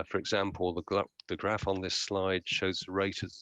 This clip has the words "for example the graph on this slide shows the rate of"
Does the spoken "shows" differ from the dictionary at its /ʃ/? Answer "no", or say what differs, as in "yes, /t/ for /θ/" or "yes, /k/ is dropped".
no